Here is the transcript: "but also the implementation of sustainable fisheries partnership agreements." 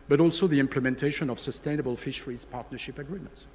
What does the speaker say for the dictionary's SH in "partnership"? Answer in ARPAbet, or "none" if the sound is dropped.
SH